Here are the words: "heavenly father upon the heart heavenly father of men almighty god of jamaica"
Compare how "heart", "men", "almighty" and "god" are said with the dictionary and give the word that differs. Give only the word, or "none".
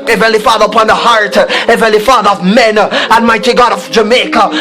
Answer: almighty